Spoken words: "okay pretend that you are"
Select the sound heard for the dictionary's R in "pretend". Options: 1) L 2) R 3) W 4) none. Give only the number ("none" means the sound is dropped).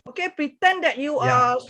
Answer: 2